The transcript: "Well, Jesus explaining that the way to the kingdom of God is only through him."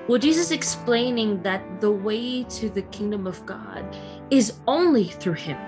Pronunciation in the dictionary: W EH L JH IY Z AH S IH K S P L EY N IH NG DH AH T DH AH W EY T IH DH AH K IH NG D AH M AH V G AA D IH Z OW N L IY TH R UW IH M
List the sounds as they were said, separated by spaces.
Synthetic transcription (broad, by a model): W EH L JH IY Z AH S IH K S P L EY N IH NG DH AH T DH AH W EY T IH DH AH K IH NG D AH M AH V G AA D IH Z OW N L IY TH R UW IH M